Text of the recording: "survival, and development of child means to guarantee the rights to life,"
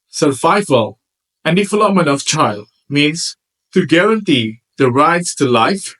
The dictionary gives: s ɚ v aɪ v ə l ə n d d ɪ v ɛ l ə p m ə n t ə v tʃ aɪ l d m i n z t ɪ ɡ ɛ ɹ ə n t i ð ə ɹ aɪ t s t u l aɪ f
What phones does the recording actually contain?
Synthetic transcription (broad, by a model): s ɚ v aɪ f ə l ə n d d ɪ f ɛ l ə m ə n ə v tʃ aɪ l d m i n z t ɪ ɡ ɛ ɹ ə n t i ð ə ɹ aɪ t s t u l aɪ f